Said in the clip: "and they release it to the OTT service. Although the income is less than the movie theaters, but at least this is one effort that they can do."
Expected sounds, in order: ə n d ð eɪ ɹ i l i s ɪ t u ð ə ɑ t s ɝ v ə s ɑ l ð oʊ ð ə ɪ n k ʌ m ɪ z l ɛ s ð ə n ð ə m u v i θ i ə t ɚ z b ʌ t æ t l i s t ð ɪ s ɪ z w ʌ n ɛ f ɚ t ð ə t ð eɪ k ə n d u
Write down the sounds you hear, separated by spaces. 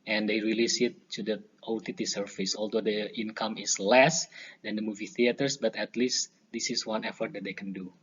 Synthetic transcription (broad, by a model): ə n d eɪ ɹ i l i s ɪ t u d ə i t s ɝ f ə s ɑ l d oʊ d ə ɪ n k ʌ m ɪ s l ɛ s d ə n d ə m u v i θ i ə t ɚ s b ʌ t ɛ t l i s t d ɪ s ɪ s w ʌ n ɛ f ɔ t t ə t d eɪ k ə n d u